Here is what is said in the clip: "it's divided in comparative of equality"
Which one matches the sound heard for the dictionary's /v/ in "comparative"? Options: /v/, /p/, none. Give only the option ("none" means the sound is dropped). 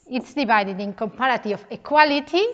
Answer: none